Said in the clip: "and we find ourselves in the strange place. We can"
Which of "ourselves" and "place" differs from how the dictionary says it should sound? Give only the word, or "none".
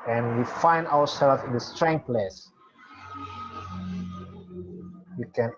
ourselves